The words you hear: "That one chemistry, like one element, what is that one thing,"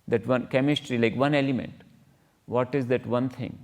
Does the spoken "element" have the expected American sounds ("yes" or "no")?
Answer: yes